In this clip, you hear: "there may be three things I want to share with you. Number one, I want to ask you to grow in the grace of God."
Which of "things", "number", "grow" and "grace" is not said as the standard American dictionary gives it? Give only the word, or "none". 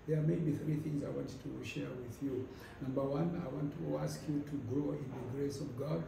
none